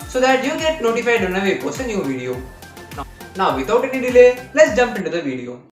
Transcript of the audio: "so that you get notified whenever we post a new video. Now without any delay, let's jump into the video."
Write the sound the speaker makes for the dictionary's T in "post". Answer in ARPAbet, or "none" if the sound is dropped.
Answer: none